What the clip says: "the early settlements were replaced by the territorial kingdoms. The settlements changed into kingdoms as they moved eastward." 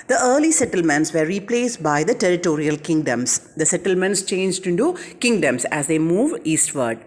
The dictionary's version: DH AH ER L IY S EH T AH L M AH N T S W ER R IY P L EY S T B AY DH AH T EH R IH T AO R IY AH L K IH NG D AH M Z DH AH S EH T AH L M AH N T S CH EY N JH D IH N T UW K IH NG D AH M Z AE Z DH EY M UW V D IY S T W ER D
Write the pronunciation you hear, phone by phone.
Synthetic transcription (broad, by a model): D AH ER L IY S EH T AH L M AH N T S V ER R IY P L EY S T B AY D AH T EH R IH T AO R IY AH L K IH NG D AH M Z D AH S EH T AH L M AH N T S CH EY N JH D IH N T UW K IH NG D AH M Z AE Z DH EY M UW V IY S T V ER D